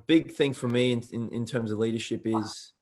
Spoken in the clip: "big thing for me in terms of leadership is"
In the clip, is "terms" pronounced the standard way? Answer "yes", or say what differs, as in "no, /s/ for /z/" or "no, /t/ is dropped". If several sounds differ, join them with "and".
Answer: yes